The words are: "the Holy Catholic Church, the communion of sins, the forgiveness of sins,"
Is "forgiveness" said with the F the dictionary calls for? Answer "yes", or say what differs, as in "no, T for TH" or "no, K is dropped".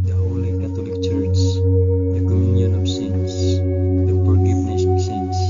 no, P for F